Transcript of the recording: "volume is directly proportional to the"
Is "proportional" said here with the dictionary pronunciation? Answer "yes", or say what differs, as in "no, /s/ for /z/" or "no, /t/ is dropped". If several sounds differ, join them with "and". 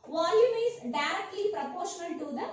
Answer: no, /n/ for /l/